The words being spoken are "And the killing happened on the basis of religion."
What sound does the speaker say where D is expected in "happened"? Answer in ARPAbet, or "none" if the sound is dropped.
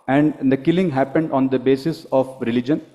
D